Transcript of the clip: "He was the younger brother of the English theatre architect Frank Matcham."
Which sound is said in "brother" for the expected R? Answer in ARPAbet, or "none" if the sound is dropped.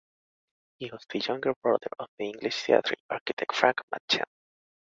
none